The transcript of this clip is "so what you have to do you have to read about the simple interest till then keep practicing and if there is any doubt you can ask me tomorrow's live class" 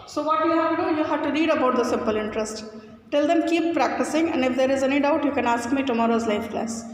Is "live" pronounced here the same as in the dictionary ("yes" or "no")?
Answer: no